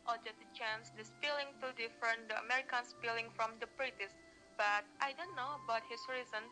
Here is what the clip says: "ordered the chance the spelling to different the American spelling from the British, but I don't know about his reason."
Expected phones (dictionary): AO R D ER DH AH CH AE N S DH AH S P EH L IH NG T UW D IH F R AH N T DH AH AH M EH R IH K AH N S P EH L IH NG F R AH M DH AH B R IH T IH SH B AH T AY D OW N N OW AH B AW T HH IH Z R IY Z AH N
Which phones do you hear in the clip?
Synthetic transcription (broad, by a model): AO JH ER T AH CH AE N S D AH S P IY L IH NG T UW D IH F R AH N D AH AH M EH R IH K AH N S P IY L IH NG F R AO M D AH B R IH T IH S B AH T AY D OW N N OW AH B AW T HH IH S R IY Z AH N